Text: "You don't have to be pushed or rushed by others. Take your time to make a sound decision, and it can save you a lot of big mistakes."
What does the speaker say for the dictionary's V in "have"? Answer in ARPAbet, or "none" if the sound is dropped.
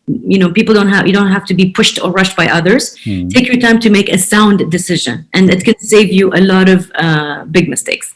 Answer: F